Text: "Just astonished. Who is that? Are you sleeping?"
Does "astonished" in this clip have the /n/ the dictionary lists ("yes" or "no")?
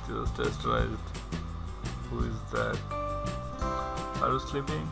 no